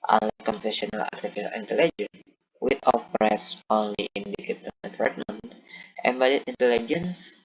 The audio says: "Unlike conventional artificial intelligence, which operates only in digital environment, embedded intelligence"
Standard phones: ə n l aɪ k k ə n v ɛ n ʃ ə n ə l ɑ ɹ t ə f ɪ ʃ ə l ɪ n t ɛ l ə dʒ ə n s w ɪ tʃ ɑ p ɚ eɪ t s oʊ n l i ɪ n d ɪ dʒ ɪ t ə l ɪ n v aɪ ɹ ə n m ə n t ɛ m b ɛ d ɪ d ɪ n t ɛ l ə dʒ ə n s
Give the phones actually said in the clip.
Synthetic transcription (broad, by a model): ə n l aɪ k k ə n f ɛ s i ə n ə l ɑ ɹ t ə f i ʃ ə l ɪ n t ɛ l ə dʒ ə n w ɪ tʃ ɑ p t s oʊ n l i ɪ n d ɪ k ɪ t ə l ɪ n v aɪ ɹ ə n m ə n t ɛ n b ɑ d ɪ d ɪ n t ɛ l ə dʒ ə n s